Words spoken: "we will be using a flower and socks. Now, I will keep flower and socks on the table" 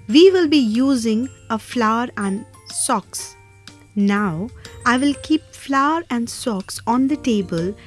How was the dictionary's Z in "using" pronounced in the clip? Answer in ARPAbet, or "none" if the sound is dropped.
Z